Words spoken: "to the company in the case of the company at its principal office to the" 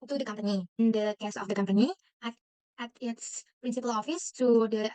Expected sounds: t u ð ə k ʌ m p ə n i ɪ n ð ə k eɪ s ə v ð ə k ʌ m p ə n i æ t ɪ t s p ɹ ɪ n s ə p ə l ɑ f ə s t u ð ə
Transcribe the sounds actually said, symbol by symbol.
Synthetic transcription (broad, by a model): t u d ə k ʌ m p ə n i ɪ n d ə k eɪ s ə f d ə k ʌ m p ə n i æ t ɪ t s p ɹ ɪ n s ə p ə l ɑ f ə s t u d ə